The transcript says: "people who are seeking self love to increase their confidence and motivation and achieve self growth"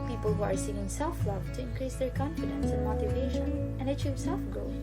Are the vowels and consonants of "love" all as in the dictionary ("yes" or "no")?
yes